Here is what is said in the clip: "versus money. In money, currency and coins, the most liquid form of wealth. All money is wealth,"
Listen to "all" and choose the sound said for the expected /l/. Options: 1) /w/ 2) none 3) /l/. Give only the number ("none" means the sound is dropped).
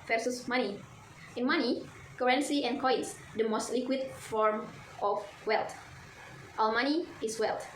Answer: 1